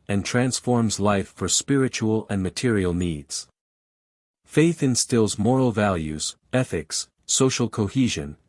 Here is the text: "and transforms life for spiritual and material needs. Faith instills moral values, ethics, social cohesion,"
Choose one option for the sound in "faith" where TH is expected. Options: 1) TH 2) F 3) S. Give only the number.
1